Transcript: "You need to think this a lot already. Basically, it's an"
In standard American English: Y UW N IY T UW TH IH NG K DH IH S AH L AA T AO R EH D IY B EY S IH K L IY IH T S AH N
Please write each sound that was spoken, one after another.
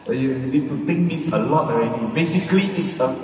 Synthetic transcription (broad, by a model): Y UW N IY T UW T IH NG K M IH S AH L AA T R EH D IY B EY S IH K L IY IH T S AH